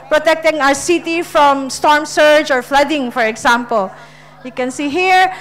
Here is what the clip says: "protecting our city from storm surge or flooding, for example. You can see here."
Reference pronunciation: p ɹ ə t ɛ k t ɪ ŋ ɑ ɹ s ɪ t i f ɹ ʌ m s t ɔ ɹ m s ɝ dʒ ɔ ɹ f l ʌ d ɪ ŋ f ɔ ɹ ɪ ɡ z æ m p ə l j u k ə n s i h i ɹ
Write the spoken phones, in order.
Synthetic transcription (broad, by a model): p ɹ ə t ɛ k t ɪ ŋ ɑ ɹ s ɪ t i f ɹ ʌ m s t ɔ ɹ m s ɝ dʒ ɔ ɹ f l ʌ d ɪ ŋ f ɔ ɹ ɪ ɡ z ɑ m p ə l j u k ə n s i h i ɹ